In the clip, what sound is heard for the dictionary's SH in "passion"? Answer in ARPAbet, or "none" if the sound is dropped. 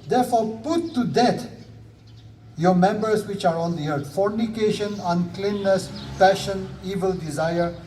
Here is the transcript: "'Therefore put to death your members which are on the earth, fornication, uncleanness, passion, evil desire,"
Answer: SH